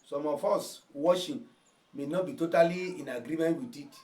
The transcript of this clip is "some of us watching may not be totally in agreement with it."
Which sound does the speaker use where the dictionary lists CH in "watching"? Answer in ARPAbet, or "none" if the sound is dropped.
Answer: SH